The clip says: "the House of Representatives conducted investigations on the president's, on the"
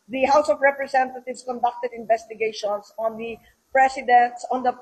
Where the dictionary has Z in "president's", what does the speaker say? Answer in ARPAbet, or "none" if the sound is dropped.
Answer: S